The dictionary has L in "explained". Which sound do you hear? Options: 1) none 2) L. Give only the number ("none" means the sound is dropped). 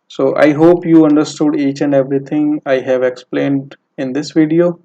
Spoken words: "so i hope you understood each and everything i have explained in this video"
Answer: 2